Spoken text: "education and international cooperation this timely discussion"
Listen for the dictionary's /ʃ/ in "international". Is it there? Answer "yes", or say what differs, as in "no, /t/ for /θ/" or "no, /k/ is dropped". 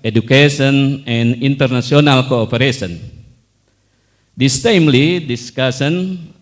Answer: no, /s/ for /ʃ/